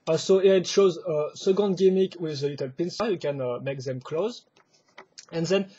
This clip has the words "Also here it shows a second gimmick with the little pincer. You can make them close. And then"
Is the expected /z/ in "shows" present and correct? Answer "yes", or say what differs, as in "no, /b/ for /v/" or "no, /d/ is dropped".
yes